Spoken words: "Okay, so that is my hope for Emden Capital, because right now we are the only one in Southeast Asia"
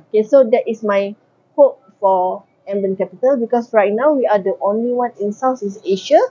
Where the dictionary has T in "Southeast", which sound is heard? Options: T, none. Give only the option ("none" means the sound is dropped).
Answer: none